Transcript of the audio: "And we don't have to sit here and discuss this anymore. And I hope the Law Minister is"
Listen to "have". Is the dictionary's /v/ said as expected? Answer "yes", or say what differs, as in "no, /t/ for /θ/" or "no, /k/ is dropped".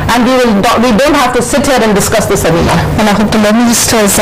no, /f/ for /v/